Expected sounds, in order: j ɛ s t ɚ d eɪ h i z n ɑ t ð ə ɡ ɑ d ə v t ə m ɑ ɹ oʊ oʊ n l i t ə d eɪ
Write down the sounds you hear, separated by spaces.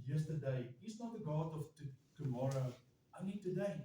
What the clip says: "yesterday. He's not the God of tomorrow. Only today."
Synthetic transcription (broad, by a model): j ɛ s t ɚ d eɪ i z n ɑ t ð ə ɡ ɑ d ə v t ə m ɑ ɹ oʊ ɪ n i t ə d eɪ